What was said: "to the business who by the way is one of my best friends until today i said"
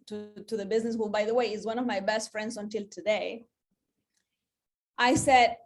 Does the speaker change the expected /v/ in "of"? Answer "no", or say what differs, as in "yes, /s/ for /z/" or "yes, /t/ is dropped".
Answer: no